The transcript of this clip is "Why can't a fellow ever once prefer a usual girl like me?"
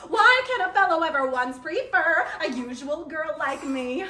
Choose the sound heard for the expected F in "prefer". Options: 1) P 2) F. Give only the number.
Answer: 2